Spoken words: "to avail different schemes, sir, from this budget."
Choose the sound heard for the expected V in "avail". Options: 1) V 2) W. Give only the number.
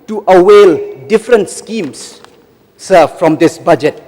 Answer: 2